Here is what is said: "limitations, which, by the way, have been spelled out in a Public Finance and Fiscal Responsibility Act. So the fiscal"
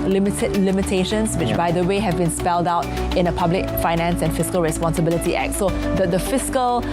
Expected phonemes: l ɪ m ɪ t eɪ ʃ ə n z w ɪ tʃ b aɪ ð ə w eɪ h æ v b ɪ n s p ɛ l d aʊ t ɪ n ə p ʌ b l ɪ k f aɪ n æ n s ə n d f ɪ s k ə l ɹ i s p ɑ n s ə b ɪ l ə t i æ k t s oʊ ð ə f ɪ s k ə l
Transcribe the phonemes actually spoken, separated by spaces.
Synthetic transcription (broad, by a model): l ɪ m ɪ t eɪ ʃ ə n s w ɪ tʃ b aɪ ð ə w eɪ h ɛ v b ɪ n s p ɛ l d aʊ t ɪ n ə p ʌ b l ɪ k f aɪ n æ n s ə n f ɪ s k ə l ɹ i s p ɑ n s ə b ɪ l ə t i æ k t s oʊ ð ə f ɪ s k ə l